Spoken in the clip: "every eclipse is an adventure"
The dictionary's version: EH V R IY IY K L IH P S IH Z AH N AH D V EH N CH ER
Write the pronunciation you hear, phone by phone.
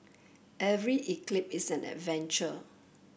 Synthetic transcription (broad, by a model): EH V R IY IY K L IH P IH S AH N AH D V EH N CH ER